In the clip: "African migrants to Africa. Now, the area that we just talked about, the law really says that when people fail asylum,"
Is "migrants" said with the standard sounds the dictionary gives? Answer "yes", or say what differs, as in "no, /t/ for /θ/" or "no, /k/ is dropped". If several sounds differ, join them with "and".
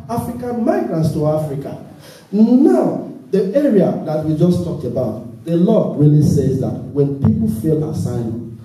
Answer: yes